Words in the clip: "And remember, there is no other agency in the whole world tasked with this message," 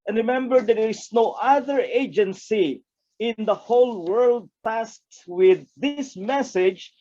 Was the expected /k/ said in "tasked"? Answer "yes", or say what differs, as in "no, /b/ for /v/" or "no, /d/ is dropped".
no, /k/ is dropped